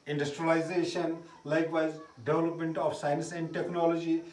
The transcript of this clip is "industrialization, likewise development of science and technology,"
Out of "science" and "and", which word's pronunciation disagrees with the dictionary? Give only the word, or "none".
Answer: none